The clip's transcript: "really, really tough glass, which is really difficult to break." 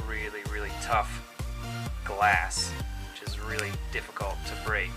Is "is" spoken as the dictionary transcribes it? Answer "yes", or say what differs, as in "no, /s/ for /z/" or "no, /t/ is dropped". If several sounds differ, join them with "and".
yes